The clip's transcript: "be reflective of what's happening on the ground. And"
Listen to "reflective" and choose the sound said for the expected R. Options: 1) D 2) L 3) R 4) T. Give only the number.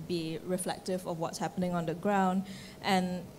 3